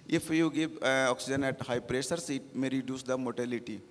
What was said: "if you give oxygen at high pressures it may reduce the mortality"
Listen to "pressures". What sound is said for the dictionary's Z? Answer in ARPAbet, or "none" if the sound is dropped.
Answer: S